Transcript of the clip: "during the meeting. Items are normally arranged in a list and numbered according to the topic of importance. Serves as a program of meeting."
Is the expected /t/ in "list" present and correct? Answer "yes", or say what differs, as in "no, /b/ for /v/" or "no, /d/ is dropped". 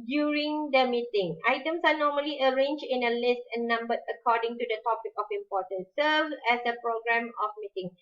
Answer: yes